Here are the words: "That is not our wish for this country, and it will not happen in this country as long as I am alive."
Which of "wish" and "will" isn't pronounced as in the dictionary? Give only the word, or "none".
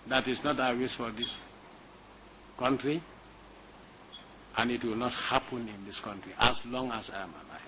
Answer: wish